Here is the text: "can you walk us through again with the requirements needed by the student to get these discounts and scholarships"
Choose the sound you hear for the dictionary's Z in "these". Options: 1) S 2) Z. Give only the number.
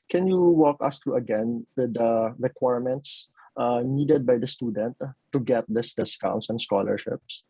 1